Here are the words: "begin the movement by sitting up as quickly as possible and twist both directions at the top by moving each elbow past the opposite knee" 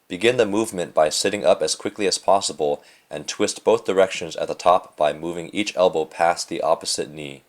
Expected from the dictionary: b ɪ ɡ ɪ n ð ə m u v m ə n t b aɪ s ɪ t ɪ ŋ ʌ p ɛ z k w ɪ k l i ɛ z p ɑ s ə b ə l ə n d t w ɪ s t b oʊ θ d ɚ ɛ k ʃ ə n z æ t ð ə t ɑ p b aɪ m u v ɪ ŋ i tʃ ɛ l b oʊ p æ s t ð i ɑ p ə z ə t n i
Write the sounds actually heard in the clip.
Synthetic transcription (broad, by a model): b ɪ ɡ ɪ n ð ə m u v m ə n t b aɪ s ɪ t ɪ ŋ ʌ p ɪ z k w ɪ k l i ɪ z p ɑ s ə b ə l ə n t w ɪ s t b oʊ θ d ɚ ɛ k ʃ ə n z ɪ t ð ə t ɑ p b aɪ m u v ɪ ŋ i tʃ ɛ l b oʊ p æ s ð i ɑ p ə z ə t n i